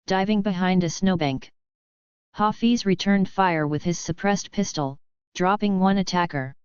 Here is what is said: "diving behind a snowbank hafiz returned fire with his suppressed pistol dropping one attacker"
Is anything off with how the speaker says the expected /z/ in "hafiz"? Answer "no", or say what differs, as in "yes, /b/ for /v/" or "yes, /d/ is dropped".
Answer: no